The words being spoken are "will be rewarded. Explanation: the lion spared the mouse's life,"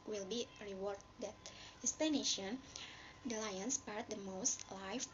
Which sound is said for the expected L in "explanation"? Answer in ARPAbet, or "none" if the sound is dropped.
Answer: none